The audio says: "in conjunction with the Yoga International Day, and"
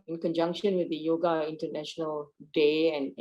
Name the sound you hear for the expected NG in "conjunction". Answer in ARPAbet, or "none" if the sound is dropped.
NG